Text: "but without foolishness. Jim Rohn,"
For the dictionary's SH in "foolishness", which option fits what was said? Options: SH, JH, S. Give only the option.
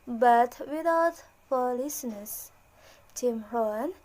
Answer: S